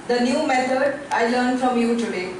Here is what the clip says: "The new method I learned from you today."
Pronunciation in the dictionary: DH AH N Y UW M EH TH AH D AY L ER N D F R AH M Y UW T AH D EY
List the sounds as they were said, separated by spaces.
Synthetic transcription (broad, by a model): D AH N Y UW M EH S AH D AY L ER N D F R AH M Y UW T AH D EY